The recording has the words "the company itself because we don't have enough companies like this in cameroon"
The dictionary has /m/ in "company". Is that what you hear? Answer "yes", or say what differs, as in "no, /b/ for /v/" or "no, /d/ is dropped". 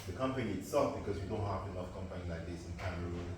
yes